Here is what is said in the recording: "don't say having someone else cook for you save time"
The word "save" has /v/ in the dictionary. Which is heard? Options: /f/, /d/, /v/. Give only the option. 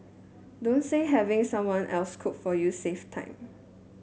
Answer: /f/